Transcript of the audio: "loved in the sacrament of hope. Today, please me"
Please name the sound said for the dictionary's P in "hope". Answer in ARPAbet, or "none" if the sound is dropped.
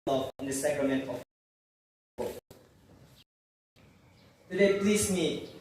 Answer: F